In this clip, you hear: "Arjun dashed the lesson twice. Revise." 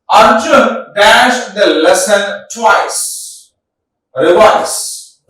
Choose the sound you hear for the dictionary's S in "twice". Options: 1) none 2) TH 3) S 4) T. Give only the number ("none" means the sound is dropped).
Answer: 3